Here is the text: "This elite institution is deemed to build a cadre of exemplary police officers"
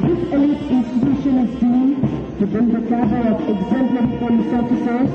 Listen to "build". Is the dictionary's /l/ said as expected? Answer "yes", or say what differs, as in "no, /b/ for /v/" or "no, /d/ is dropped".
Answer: no, /n/ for /l/